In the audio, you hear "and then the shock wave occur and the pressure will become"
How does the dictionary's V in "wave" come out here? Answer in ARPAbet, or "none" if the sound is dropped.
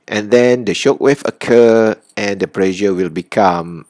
F